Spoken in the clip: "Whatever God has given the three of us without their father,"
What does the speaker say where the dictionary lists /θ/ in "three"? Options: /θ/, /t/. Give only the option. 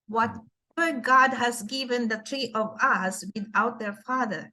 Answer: /t/